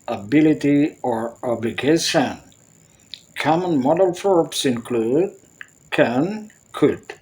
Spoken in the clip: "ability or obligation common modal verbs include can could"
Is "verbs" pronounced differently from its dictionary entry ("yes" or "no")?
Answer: yes